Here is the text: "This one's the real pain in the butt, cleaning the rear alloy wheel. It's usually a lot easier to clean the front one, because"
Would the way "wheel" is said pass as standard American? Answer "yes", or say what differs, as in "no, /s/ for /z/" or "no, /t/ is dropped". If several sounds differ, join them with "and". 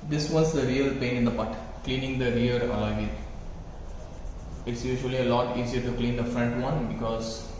no, /n/ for /l/